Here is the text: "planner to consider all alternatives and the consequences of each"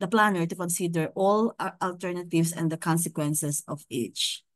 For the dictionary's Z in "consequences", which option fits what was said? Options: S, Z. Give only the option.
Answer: S